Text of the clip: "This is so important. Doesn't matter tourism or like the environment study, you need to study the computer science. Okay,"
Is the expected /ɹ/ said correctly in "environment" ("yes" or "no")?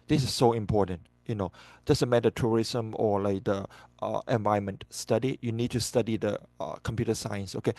no